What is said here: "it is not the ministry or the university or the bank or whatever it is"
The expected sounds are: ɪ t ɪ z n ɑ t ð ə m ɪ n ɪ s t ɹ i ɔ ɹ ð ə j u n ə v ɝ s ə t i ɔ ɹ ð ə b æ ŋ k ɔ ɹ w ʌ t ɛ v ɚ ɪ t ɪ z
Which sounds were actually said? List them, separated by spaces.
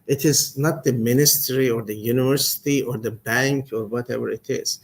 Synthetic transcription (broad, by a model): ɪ t ɪ z n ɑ t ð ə m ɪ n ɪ s t ɹ i ɔ ɹ ð ə j u n ə v ɝ s ə t i ɔ ɹ ð ə b æ ŋ k ɔ ɹ w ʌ t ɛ v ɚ ɪ t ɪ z